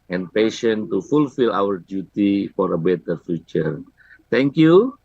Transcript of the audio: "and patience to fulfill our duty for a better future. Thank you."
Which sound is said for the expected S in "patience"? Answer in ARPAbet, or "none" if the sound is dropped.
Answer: none